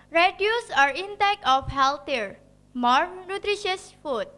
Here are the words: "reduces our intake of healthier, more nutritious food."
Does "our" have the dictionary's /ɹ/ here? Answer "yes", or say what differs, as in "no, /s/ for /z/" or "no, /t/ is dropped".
yes